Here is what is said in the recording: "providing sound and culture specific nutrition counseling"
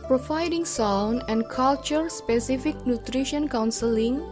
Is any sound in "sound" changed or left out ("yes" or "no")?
yes